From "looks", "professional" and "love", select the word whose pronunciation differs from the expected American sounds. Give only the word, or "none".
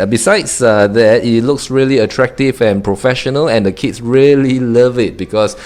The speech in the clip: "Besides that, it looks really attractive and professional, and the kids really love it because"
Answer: none